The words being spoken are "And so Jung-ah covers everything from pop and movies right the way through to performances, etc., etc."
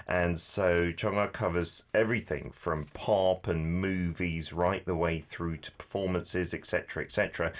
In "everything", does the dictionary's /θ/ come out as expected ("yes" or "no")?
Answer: yes